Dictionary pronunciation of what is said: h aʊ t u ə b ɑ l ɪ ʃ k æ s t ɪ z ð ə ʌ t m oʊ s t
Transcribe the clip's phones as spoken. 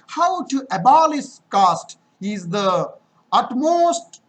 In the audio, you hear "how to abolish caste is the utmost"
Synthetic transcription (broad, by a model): h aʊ t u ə b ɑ l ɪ s k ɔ s t ɪ z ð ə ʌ t m oʊ s t